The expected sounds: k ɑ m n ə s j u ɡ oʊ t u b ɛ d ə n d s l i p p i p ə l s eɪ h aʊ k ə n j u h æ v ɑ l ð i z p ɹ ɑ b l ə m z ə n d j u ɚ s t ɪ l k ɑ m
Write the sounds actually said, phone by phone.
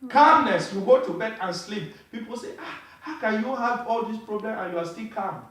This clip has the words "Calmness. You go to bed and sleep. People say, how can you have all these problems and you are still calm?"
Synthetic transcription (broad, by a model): k ɑ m n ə s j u ɡ oʊ t u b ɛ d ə n s l i p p i p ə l s eɪ h aʊ k ə n j u h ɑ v ɑ l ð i s p ɹ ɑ b l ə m ə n j u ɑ s t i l k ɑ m